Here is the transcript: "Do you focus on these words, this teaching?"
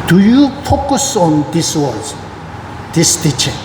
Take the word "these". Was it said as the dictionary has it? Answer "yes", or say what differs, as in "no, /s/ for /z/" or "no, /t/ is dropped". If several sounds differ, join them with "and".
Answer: no, /s/ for /z/